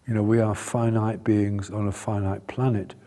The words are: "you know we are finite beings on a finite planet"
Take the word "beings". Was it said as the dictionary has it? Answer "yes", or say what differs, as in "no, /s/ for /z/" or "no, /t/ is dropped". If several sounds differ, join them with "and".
yes